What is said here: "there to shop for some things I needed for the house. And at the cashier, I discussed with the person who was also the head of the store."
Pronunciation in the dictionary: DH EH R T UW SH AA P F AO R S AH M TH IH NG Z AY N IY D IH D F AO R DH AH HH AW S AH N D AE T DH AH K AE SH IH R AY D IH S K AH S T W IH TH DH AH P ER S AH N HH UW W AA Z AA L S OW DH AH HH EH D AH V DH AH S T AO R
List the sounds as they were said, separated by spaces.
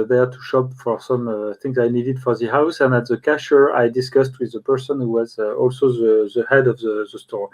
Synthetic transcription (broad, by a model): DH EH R T UW SH AA P F AO R S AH M TH IH NG Z AY N IY D IH D F AO R DH AH HH AW S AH N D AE T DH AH K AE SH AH R AY D IH S K AH S T W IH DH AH P ER S AH N HH UW W AA Z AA L S OW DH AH HH EH D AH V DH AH S T AO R